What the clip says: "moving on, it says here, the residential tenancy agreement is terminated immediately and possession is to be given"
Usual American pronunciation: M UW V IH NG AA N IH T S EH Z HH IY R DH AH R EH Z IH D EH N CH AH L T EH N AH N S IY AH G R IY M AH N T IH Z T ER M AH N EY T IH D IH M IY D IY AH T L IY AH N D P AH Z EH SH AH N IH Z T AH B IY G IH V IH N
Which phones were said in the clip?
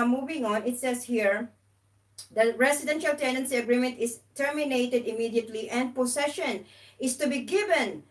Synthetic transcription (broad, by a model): M UW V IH NG AA N IH T S EH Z HH IY R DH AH R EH S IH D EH N SH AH L T EH N AH N S IY AH G R IY M AH N T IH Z T ER M AH N EY T IH D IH M IY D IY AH T L IY AH N D P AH S EH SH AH N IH S T AH B IY G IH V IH N